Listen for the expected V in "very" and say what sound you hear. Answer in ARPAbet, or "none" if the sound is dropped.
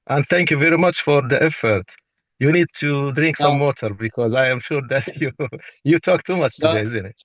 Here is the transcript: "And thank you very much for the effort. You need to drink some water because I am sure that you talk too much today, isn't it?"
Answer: V